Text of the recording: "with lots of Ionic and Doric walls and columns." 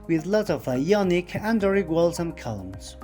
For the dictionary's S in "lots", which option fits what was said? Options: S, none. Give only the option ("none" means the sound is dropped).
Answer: none